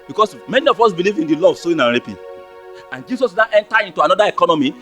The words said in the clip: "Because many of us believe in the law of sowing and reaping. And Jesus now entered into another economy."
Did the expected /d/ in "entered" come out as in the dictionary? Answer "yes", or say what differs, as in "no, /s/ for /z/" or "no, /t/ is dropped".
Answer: no, /d/ is dropped